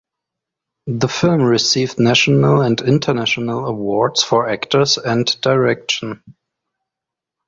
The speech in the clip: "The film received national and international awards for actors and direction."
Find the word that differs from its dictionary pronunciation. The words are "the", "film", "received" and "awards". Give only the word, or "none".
awards